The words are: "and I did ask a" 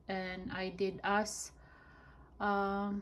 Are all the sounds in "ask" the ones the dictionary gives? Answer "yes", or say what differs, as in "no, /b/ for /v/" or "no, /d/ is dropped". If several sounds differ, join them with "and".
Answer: no, /k/ is dropped